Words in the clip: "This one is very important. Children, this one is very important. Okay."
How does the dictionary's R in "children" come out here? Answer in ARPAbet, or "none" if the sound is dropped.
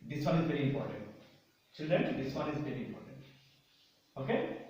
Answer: none